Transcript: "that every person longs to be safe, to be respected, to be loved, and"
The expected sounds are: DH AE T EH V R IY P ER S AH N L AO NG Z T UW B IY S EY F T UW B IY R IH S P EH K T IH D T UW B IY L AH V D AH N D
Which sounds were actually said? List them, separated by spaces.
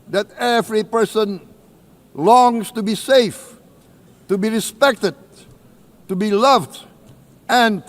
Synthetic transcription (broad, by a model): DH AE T EH V R IY P ER S AH N L AO NG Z T UW B IY S EY F T UW B IY R IH S P EH K T IH D T UW B IY L AH V D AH N